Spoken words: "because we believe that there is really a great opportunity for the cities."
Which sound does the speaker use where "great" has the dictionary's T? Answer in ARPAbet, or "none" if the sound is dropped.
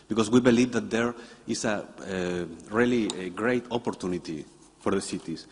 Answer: T